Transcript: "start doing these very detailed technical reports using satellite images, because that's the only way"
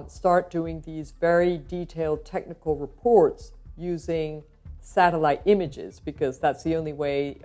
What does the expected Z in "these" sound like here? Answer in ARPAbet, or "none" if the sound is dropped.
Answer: Z